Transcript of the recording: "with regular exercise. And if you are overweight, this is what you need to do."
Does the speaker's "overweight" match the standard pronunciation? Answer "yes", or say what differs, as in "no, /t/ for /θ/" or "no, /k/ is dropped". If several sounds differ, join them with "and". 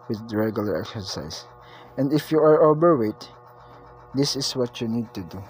no, /b/ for /v/